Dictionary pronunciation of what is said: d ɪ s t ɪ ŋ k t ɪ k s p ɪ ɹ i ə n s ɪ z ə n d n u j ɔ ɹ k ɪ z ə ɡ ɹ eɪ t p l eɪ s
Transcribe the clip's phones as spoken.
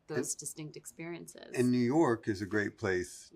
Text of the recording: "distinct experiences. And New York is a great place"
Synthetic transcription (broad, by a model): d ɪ s t ɪ ŋ k t ɪ k s p ɪ ɹ i ə n s ɪ z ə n n u j ɔ ɹ k ɪ z ə ɡ ɹ eɪ t p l eɪ s